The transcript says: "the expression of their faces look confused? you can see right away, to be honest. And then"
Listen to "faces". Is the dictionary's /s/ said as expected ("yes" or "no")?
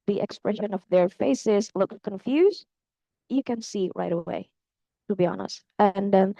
yes